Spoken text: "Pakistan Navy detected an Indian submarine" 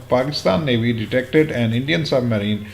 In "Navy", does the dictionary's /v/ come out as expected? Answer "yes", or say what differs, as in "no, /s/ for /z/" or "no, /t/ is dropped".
no, /b/ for /v/